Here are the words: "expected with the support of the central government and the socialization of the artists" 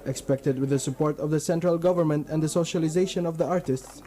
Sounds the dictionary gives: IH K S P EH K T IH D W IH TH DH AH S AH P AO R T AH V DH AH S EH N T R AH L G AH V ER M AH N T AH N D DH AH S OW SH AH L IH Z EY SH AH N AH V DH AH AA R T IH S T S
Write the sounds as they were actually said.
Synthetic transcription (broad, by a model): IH K S P EH K T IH D W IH DH AH S AH P AO R T AH V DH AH S EH N T R AH L G AH V ER M AH N T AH N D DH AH S OW SH AH L IH Z EY SH AH N AH V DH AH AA R T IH S T S